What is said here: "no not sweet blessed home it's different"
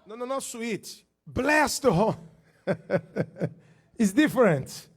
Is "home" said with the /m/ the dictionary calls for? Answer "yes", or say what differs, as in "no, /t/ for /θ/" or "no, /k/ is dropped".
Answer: no, /m/ is dropped